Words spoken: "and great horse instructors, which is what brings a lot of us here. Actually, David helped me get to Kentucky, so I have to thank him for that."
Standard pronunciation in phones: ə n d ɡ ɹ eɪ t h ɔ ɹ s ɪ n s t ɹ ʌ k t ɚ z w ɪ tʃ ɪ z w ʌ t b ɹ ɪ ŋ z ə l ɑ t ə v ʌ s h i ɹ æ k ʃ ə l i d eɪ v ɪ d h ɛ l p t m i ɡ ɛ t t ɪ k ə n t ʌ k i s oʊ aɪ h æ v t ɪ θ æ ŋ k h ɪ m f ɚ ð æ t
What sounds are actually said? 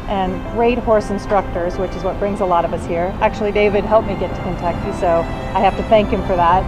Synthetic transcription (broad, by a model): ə n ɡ ɹ eɪ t h ɔ ɹ s ɪ n s t ɹ ʌ k t ɚ z w ɪ tʃ ɪ z w ʌ t b ɹ ɪ ŋ z ə l ɑ t ə v ʌ s h i ɹ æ k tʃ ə l i d eɪ v ɪ d h ɛ l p m i ɡ ɛ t t ɪ k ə n t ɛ k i s oʊ aɪ h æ f t ɪ θ æ ŋ k h ɪ m f ɚ ð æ t